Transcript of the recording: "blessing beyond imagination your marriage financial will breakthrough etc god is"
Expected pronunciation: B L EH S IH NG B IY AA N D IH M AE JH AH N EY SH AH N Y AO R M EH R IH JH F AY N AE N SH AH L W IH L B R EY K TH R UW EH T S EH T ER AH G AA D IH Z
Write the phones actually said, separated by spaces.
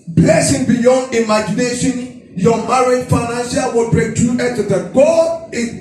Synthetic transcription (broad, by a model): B L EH S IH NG B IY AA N D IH M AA JH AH N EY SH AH N Y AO M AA R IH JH F AY N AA N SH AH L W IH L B R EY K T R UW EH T EH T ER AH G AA IH